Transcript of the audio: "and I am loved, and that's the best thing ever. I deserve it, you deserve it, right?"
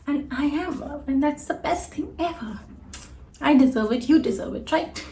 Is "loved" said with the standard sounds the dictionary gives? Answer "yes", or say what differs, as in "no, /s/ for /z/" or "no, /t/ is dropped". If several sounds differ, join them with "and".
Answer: no, /d/ is dropped